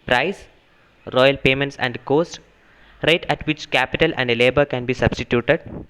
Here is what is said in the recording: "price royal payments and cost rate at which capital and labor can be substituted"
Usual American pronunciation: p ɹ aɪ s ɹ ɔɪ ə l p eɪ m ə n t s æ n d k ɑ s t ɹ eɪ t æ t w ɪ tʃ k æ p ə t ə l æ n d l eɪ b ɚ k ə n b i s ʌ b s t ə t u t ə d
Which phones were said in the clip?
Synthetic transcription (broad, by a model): p ɹ aɪ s ɹ ɔɪ ə l p eɪ m ə n t s æ n d k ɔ s t ɹ eɪ t æ t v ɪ tʃ k æ p ə t ə l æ n d l eɪ b ɚ k ə n b i s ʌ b s t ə t u t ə d